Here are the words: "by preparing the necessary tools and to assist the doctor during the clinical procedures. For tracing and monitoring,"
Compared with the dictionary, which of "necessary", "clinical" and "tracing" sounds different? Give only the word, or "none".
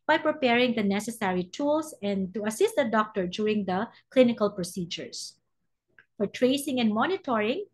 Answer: none